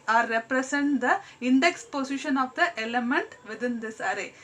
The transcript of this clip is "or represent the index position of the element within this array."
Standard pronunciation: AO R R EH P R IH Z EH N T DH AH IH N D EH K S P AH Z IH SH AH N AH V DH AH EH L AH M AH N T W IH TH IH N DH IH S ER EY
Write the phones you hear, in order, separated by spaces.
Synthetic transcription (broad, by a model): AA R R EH P R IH S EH N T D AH IH N D EH K S P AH S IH SH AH N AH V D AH EH L AH M AH N T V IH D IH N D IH S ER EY